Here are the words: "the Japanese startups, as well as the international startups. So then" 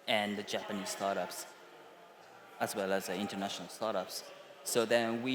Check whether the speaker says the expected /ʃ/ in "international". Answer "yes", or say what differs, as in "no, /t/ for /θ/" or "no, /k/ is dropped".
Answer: yes